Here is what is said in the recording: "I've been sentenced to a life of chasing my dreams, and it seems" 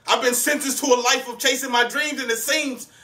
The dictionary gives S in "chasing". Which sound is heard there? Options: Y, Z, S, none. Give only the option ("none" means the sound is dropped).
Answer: S